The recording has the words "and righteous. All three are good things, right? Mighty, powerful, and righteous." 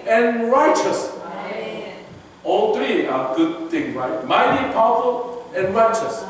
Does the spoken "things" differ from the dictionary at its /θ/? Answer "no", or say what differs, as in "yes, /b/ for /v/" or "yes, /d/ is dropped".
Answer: yes, /t/ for /θ/